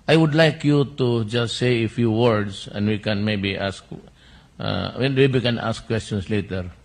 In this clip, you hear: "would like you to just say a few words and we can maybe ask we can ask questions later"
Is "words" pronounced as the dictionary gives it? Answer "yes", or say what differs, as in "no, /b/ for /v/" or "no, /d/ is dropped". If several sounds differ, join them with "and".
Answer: no, /s/ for /z/